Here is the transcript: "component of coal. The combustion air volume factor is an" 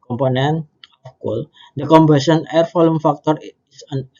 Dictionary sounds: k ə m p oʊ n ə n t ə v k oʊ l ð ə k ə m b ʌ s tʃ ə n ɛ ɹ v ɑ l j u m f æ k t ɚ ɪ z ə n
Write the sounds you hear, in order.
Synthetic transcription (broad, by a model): k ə m p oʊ n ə n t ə f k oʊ l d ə k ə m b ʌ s ə n ɛ ɹ f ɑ l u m f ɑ k t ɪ s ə n